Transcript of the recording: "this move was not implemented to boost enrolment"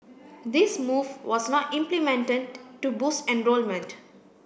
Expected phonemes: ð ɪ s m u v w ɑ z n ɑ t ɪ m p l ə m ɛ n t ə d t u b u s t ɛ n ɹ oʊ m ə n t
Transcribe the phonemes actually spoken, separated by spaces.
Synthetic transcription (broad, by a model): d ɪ s m u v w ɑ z n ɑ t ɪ m p l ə m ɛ n t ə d t u b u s ɛ n ɹ oʊ m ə n t